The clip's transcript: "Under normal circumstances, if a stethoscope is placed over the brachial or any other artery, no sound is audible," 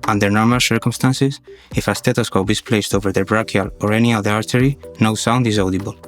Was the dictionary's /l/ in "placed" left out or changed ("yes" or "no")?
no